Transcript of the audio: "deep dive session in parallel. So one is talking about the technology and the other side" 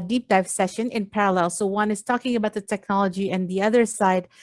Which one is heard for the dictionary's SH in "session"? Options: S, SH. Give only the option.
SH